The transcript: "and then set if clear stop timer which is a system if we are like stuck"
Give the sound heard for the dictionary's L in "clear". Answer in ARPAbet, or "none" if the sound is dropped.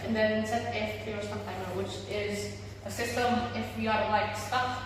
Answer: none